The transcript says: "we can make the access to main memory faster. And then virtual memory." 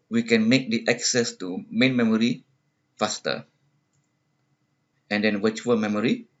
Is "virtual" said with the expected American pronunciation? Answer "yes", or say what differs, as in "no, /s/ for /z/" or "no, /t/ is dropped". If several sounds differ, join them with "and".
no, /w/ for /v/